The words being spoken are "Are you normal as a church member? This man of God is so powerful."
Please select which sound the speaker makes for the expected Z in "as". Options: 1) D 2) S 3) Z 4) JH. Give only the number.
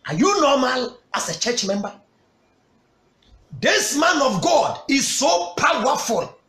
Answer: 2